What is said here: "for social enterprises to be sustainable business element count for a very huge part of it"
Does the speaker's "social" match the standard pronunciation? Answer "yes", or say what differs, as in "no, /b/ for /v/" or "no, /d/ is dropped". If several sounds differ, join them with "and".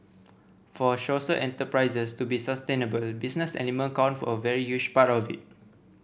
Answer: no, /ʃ/ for /s/ and /s/ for /ʃ/